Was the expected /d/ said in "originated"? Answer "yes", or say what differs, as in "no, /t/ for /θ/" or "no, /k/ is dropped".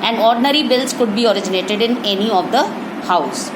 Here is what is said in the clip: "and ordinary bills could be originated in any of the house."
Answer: yes